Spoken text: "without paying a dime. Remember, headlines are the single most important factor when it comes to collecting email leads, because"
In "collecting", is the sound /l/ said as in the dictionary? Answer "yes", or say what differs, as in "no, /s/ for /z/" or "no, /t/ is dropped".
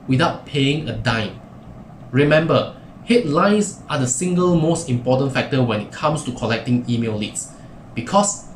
yes